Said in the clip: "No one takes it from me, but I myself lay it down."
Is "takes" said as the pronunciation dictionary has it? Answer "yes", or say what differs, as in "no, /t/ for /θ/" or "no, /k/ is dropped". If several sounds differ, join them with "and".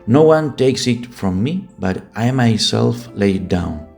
yes